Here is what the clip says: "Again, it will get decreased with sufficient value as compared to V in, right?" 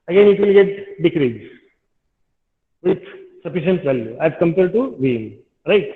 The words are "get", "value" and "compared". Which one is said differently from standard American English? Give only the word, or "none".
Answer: compared